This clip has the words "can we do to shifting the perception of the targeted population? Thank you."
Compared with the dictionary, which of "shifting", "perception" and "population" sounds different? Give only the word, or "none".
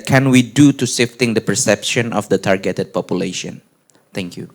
shifting